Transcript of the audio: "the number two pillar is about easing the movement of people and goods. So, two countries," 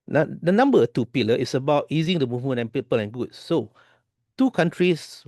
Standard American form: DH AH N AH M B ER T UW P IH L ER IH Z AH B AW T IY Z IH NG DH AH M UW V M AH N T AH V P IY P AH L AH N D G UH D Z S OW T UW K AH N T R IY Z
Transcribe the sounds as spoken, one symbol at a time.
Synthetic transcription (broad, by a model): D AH N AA M B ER T UW P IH L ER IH S AH B AW T IY Z IH NG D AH M UW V M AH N AH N P IY P AH L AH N G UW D S OW T UW K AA N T R IY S